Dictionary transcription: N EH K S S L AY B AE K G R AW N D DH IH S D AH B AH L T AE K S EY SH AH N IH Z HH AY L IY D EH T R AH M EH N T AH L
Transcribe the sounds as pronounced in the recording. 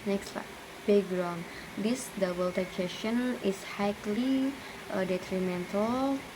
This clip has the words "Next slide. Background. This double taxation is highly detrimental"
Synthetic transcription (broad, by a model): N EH K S S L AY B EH G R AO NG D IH S D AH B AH L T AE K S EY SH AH N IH S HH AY L IY D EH T R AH M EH N T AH L